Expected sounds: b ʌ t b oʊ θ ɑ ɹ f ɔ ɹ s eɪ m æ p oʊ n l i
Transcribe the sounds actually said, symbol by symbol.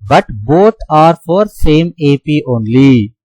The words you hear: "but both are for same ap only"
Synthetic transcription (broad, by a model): b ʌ t b oʊ t ɑ ɹ f ɔ ɹ s eɪ m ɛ p oʊ n l i